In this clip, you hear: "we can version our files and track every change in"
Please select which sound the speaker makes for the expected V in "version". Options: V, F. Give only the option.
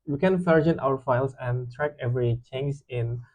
F